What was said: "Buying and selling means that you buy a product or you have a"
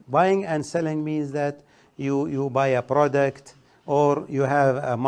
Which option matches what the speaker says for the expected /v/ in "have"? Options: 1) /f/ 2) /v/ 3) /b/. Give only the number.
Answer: 2